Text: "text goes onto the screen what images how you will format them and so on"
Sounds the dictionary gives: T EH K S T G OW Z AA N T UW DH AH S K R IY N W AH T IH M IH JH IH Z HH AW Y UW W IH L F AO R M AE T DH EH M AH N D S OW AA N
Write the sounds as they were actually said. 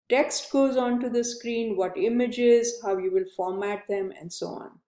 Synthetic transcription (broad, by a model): T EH K S T G OW Z AA N T UW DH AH S K R IY N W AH T IH M IH JH IH Z HH AW Y UW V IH L F AO R M AE T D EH M AH N D S OW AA N